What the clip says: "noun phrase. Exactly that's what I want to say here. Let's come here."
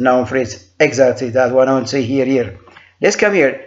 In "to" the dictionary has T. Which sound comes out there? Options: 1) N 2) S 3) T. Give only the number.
2